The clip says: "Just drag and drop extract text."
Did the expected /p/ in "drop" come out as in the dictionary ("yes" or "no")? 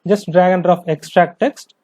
no